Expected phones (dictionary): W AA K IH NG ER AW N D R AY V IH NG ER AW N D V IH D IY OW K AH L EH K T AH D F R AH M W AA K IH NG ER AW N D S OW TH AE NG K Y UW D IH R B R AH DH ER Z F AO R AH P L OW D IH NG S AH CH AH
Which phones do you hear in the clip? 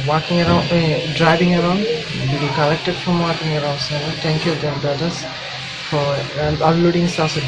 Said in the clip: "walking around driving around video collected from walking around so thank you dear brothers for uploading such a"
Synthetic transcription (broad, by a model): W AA K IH NG ER AW N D R AY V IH NG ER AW N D B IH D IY K AH L EH K T AH D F R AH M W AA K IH NG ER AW N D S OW T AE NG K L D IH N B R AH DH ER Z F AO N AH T L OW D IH NG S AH S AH